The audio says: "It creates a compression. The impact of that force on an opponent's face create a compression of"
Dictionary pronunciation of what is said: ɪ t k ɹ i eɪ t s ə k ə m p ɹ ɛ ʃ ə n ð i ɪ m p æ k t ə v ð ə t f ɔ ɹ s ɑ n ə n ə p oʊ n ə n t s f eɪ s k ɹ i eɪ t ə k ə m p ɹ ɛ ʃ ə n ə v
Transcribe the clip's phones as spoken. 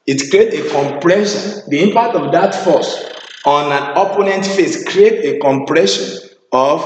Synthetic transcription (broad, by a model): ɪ t k ɹ i eɪ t ə k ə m p ɹ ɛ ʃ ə n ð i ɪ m p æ k t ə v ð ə t f ɔ s ɑ n ə n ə p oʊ n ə n t f eɪ s k ɹ i eɪ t ə k ə m p ɹ ɛ ʃ ə n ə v